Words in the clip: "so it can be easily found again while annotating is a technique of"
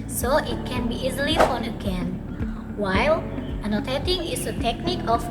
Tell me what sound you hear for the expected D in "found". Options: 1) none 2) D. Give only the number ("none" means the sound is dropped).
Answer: 1